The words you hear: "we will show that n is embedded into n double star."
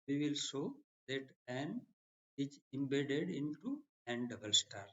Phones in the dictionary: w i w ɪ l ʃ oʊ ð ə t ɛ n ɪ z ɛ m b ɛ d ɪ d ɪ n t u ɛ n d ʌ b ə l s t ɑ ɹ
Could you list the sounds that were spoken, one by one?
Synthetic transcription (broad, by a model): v i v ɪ l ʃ oʊ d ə t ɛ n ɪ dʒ ɛ m b ɛ d ɪ d ɪ n t u ɛ n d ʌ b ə l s t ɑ ɹ